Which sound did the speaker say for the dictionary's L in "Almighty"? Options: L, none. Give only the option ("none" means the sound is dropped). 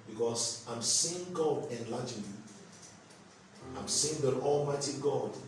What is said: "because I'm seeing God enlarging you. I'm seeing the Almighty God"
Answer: L